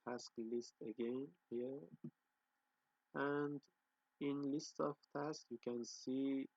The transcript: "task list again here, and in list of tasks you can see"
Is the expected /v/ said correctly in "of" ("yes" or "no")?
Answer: no